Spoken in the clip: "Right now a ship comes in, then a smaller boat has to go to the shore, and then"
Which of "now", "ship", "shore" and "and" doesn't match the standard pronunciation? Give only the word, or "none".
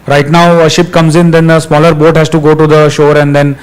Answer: none